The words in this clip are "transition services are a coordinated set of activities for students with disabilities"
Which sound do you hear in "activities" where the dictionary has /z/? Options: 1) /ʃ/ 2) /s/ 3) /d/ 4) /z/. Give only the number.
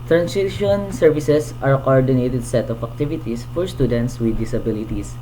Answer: 2